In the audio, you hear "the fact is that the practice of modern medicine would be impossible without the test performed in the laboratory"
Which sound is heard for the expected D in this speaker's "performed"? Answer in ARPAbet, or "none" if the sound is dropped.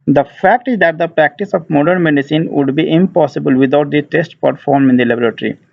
none